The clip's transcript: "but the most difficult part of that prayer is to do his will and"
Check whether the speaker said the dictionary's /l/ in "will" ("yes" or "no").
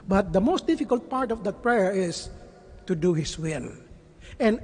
no